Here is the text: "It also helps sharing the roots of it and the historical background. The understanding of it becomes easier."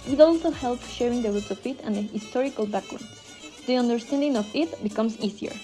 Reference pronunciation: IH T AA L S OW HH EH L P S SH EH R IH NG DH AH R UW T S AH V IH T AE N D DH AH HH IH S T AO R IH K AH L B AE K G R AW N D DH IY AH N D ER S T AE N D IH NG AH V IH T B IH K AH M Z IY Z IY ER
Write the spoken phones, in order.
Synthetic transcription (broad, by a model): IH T AA L S OW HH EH L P SH EH R IH NG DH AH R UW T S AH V IH T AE N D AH HH IH S T AO R IH K AH L B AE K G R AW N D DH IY AH N D ER S T AE N D IH NG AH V IH T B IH K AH M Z IY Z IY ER